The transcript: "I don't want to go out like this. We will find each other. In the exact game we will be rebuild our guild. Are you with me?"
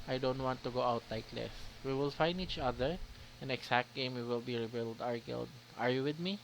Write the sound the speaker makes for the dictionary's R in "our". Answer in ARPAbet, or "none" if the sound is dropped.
R